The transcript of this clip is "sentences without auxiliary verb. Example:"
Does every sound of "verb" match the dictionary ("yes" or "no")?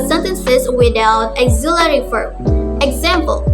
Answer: no